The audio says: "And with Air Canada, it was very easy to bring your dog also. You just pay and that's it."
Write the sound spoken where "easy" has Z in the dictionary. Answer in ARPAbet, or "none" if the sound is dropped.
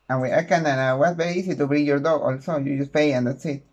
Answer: S